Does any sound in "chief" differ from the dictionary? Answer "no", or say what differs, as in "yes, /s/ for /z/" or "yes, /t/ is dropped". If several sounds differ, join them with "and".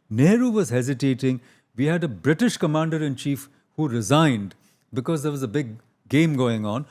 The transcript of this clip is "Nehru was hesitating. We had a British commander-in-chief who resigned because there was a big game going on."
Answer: no